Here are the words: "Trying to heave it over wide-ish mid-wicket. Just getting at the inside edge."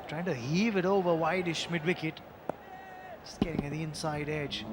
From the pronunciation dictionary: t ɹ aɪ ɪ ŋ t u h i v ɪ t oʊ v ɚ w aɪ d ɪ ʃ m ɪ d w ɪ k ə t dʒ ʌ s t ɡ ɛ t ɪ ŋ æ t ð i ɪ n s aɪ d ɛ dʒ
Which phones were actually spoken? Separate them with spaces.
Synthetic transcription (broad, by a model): t ɹ aɪ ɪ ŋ t u h i v ɪ t oʊ v ɚ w aɪ d ɪ ʃ m ɪ d w ɪ k ə t s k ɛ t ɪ ŋ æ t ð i ɪ n s aɪ d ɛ dʒ